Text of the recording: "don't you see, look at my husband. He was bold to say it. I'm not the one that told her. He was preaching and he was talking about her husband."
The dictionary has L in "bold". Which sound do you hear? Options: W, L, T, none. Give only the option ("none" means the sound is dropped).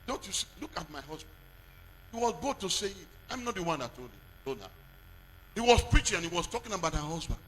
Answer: none